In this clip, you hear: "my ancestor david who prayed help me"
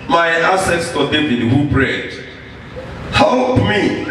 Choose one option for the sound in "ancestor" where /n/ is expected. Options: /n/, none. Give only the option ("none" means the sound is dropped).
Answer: none